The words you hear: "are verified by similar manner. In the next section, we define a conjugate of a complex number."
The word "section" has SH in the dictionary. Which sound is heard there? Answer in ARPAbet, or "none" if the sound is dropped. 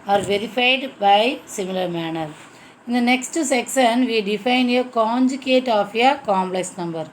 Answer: S